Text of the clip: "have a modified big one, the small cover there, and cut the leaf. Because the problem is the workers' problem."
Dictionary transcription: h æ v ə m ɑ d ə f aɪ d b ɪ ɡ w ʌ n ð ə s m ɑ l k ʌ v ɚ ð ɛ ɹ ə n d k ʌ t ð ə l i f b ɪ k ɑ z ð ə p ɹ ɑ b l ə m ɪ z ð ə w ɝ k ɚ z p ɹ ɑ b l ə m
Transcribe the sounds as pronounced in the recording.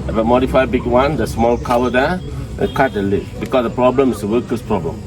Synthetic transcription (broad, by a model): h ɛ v ə m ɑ d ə f aɪ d b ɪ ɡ w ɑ n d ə s m ɑ l k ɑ w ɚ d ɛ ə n k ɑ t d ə l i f b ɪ k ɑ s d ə p ɹ ɑ b l ə m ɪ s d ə w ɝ k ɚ s p ɹ ɑ b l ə m